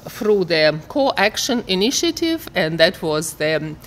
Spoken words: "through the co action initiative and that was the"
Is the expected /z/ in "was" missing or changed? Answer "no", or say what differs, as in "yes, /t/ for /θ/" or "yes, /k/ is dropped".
no